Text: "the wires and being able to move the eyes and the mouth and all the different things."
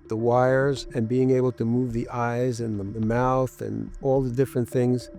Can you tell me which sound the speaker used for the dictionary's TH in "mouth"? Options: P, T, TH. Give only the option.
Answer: TH